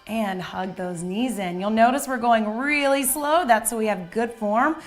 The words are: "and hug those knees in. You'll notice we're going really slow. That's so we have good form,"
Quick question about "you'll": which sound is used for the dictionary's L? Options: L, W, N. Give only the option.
L